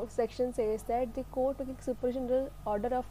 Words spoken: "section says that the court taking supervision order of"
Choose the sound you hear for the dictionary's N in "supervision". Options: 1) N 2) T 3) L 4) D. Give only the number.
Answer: 3